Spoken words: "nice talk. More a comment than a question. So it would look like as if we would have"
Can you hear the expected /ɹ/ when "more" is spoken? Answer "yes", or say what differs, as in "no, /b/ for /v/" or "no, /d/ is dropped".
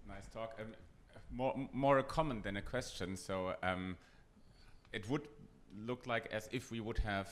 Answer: yes